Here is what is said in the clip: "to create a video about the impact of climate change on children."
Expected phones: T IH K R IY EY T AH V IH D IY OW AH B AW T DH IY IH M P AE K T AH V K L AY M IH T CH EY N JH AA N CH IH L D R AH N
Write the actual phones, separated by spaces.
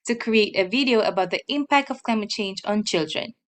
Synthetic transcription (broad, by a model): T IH K R IY EY T AH V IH D IY OW AH B AW T DH IY IH M P AE K T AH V K L AY M IH T CH EY N JH AA N CH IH L D R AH N